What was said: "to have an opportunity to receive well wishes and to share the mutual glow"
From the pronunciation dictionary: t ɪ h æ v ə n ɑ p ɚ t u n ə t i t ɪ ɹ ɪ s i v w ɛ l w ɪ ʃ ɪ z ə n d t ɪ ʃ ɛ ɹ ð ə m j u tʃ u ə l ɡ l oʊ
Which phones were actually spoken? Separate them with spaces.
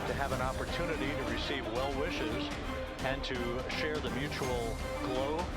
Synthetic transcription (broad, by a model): t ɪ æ v ə n ɑ p ɚ t u n ə t i t ɪ ɹ ɪ s i v w ɛ l w ɪ ʃ ɪ z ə n t ɪ ʃ ɛ ɹ ð ə m j u tʃ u l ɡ l oʊ